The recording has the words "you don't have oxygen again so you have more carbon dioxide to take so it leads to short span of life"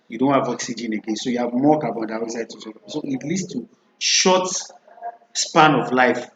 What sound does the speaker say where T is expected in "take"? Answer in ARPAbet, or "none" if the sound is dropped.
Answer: S